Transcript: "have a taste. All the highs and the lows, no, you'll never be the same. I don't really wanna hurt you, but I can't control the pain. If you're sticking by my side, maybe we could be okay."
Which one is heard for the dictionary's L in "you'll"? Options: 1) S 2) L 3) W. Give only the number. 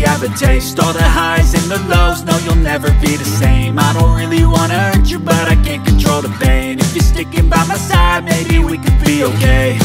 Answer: 2